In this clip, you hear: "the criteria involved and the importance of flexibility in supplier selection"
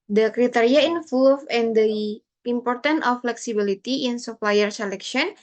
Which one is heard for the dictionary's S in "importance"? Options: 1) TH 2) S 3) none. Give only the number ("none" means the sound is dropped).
3